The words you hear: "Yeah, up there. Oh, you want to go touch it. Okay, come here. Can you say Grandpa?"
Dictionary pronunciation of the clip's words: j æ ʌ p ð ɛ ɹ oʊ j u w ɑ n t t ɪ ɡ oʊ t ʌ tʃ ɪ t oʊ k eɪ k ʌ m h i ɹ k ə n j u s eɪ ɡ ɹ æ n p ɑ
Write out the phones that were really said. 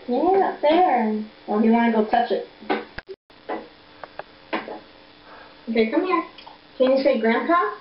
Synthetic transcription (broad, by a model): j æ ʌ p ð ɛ w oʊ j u w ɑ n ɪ ɡ oʊ t ʌ tʃ ɪ t oʊ k eɪ k ʌ m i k k ə n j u s eɪ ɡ ɹ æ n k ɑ